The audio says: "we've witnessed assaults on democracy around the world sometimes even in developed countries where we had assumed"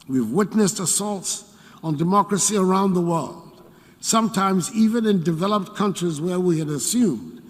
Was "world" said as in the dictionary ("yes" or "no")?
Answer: yes